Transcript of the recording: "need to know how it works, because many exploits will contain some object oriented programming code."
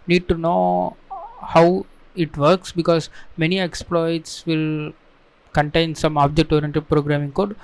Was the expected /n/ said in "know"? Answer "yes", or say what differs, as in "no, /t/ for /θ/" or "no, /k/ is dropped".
yes